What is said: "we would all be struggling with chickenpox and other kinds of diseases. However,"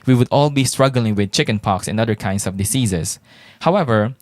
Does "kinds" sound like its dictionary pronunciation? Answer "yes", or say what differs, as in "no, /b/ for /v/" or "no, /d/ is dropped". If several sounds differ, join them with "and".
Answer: no, /s/ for /z/